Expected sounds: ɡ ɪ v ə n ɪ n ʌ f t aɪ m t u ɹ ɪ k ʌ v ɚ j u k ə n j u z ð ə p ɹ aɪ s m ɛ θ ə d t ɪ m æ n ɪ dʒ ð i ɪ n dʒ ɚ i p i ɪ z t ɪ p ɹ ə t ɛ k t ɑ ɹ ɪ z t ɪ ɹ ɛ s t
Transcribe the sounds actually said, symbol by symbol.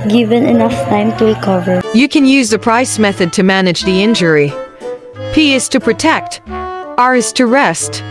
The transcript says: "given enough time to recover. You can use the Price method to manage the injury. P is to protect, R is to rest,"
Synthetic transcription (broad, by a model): ɡ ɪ v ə n ɪ n ʌ f t aɪ m t u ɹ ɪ k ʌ v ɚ j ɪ k ə n j u z ð ə p ɹ aɪ s m ɛ θ ə d t ɪ m æ n ɪ dʒ ð i ɪ n dʒ ɚ i p i ɪ z t ɪ p ɹ ə t ɛ k t ɑ ɹ ɪ z t ɪ ɹ ɛ s t